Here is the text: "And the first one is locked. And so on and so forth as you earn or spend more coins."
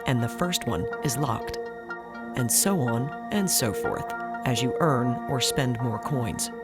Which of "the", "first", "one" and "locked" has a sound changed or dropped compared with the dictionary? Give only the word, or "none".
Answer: none